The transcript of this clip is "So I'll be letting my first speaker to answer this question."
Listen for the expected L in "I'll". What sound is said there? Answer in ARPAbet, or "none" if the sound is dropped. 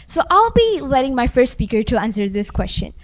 L